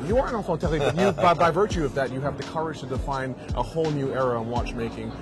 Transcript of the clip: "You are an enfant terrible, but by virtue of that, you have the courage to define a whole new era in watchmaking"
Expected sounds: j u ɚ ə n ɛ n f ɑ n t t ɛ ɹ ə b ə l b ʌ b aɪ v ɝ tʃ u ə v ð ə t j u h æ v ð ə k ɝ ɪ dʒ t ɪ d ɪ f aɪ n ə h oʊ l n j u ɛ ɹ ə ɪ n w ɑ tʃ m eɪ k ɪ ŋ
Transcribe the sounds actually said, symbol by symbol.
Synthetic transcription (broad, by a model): j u ɚ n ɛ f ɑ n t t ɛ l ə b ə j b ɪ b aɪ v ɝ tʃ u ə v ð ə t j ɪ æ v ð ə k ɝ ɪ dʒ t ɪ d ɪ f aɪ n ə h oʊ l n j u ɛ ɹ ə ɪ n w ɑ tʃ m eɪ k ɪ ŋ